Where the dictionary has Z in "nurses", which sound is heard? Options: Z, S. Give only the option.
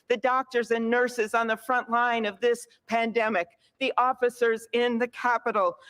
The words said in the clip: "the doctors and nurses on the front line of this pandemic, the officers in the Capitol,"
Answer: Z